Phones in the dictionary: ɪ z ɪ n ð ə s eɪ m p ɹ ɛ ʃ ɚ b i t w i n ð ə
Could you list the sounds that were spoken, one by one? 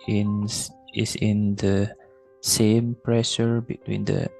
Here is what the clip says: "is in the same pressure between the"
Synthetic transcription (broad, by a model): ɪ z ɪ n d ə s eɪ m p ɹ ɛ ʃ ɚ b i t w i n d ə